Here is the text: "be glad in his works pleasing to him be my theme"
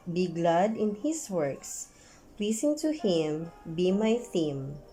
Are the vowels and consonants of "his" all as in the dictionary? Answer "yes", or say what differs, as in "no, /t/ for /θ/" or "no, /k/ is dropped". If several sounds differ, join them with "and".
no, /s/ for /z/